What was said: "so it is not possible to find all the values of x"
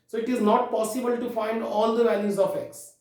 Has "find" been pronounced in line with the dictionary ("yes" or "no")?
yes